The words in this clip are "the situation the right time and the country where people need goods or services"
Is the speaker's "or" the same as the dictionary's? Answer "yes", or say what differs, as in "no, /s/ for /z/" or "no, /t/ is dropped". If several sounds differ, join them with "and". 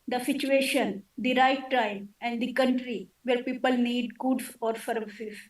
yes